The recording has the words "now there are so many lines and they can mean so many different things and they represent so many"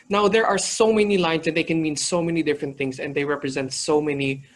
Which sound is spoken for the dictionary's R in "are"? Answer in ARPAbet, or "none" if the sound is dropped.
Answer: R